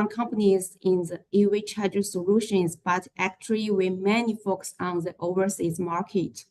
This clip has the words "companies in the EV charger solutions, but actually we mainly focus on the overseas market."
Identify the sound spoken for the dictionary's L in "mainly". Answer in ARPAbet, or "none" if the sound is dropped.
none